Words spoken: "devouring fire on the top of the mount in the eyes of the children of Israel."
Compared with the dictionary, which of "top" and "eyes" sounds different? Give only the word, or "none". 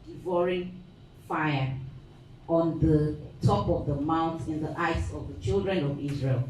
eyes